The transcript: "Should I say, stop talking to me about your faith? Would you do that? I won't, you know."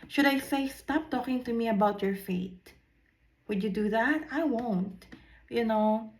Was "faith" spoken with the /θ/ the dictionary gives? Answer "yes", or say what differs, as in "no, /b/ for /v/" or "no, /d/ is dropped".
no, /t/ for /θ/